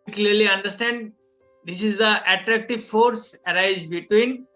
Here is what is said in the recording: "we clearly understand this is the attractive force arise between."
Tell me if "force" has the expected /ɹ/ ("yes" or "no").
yes